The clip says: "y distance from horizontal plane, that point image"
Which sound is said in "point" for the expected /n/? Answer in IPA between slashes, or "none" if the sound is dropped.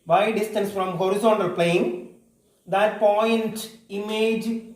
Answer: /n/